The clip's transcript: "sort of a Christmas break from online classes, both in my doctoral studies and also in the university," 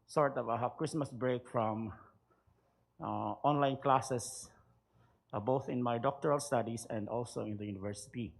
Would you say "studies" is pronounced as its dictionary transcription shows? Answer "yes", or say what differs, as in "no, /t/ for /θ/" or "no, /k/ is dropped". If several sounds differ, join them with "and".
no, /s/ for /z/